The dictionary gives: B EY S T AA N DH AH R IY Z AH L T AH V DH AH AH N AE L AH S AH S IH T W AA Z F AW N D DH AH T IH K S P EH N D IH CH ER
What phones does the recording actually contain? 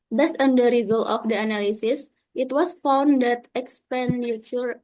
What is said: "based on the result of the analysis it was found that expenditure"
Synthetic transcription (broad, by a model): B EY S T AA N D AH R IY Z AH L T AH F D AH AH N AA L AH S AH S IH T W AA S F AW N D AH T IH K S P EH N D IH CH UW